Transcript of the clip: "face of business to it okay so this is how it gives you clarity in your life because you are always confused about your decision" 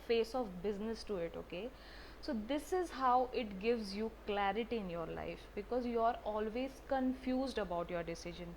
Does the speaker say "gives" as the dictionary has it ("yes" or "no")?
yes